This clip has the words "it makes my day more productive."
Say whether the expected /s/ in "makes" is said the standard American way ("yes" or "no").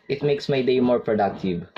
yes